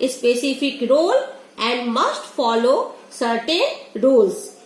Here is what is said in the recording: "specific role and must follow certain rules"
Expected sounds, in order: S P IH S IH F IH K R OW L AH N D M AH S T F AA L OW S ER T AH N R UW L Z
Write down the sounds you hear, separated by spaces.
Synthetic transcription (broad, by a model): S P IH S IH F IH K R OW L AH N D M AH S T F AA L OW S ER T AH N R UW L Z